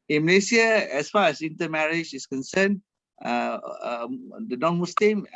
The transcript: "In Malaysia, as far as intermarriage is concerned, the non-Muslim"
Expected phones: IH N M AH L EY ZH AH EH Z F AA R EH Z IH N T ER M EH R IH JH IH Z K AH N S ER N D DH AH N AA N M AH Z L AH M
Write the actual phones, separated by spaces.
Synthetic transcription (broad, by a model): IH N M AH L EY S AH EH S F AA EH S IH N T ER M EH R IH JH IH S K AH N S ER N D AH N AA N M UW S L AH M